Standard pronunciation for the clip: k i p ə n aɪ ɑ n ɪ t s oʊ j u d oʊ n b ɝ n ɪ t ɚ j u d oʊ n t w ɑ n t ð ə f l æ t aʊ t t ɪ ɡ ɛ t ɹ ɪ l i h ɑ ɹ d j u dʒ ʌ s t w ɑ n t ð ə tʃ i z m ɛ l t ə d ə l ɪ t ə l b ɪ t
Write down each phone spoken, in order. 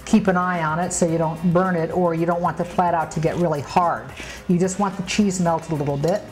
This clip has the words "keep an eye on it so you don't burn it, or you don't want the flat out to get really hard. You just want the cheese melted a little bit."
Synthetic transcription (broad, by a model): k i p ə n aɪ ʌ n ɪ t s oʊ j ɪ d oʊ n b ɝ n ɪ t ɚ j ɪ d oʊ n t w ɑ n ð ə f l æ t aʊ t t ɪ ɡ ɛ t ɹ ɪ l i h ɑ ɹ d j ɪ dʒ ʌ s t w ɑ n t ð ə tʃ i z m ɛ l t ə ə l ɪ t l b ɪ t